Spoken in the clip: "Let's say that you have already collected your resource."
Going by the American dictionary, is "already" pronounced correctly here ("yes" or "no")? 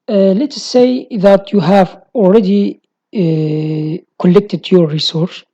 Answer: no